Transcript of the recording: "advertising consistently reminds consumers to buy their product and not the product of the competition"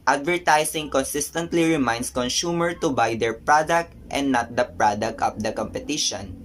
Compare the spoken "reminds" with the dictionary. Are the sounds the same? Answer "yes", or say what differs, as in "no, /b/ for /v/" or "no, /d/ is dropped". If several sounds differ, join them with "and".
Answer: no, /s/ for /z/